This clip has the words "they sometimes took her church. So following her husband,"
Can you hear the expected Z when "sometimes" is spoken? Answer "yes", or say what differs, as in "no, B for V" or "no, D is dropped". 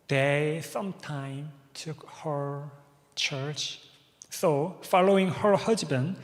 no, Z is dropped